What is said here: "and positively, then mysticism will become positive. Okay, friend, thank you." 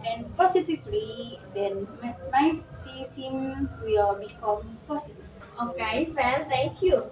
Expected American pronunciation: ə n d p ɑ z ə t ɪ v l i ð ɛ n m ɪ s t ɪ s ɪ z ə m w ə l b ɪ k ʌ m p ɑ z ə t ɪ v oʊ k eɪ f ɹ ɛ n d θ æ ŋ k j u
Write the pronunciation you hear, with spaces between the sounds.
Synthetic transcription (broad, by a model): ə n p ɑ s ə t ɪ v l i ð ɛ n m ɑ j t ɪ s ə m w ə l b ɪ k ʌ m p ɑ s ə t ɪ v oʊ k eɪ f ɛ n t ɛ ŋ k j u